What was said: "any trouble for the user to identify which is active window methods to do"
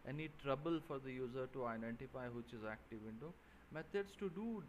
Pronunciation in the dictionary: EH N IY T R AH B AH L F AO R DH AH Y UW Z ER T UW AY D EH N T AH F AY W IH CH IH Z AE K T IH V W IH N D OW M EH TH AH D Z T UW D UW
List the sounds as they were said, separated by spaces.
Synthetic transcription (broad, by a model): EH N IY T R AH B AH L F AO R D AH Y UW Z ER T UW AY D EH N T AH F AY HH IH CH IH Z AE K T IH V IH N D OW M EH T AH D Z T UW D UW